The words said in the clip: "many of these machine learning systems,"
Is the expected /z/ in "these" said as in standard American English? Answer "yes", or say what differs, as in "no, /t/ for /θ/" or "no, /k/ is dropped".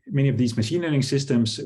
yes